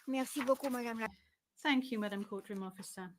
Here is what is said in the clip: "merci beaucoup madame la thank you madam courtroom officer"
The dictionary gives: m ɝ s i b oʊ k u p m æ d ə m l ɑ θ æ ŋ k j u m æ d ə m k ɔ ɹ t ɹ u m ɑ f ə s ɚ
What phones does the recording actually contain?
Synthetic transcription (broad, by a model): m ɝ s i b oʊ k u m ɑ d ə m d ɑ θ æ ŋ k j u m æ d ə m k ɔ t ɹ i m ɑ f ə s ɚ